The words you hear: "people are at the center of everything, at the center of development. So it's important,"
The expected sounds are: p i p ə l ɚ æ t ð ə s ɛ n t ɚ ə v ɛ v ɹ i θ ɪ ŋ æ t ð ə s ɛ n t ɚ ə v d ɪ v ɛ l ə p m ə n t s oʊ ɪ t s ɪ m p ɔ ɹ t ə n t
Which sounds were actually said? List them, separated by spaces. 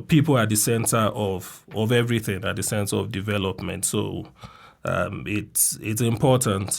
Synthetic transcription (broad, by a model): p i p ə l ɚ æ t ð ə s ɛ n t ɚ ə v ɛ v ɹ i θ ɪ ŋ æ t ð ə s ɛ n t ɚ ə v d ɪ v ɛ l ə p m ə n t s oʊ ɪ t s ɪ m p ɔ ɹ t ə n t